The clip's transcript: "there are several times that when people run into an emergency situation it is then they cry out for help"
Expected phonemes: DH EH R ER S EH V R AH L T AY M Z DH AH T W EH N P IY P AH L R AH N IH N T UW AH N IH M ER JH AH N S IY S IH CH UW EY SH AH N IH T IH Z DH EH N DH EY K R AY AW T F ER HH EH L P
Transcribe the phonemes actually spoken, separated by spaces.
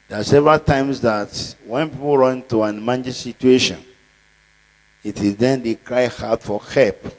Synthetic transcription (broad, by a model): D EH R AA S EH V R AH L T AY M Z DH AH T W EH N P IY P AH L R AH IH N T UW AH N M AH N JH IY S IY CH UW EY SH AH N IH T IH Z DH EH N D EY K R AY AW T F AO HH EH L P